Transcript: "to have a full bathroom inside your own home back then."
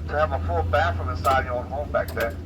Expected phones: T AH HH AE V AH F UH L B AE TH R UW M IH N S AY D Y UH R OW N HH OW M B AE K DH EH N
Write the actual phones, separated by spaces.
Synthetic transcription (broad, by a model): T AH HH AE V AH F UH L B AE F R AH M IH S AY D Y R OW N HH OW M B AE K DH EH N